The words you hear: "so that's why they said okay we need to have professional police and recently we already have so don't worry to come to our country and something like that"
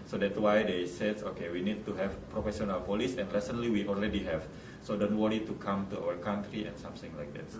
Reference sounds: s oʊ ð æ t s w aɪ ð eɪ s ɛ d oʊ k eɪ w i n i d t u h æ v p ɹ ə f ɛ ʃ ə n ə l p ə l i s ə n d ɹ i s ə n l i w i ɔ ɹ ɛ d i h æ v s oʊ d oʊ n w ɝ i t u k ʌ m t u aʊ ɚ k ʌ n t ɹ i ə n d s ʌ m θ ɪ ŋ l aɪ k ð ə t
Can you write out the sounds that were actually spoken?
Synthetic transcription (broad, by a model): s oʊ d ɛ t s w aɪ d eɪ s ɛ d oʊ k eɪ w i n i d t u h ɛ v p ɹ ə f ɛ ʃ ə n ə l p ə l i s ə n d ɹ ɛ s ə n l i w i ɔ l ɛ d i h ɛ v s oʊ d oʊ n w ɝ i t u k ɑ m t u aʊ ɚ k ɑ n t ɹ i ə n s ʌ m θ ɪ ŋ l aɪ k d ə t